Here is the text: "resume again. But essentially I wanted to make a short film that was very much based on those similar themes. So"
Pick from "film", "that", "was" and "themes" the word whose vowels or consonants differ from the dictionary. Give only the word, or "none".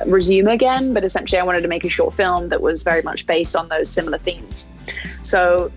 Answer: none